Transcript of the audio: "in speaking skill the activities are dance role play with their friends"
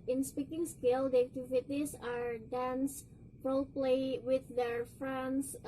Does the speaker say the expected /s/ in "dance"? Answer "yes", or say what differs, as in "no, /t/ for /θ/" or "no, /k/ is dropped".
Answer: yes